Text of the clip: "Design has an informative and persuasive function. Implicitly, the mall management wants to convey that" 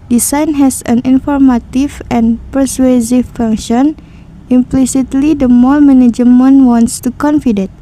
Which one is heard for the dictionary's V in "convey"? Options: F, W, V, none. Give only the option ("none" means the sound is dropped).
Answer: F